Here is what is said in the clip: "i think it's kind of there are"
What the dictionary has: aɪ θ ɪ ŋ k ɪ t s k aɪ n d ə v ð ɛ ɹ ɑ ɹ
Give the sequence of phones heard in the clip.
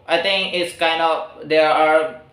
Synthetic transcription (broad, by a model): aɪ t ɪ ŋ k ɪ t s k aɪ n d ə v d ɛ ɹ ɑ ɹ